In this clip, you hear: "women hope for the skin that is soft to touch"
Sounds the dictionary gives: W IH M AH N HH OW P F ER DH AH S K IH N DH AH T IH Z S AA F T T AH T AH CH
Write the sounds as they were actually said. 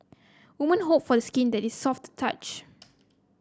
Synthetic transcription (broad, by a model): W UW M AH N HH OW P F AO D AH S K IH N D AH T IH S AA F T T AH CH